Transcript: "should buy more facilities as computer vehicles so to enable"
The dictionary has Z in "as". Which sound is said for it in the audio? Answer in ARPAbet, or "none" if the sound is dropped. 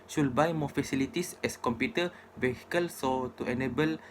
S